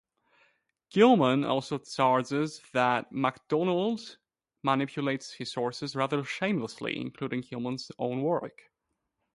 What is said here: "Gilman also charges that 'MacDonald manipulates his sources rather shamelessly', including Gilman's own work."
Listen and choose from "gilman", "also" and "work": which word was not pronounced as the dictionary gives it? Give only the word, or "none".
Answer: none